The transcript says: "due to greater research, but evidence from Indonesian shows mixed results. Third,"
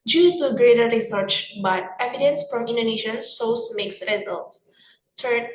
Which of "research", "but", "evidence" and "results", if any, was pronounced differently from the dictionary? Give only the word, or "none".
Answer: none